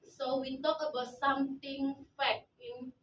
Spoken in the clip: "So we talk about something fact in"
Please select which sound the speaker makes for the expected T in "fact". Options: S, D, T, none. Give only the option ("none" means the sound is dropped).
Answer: none